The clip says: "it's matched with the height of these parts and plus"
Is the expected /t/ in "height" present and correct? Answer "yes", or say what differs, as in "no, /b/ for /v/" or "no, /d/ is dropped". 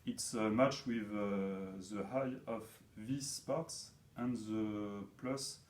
no, /t/ is dropped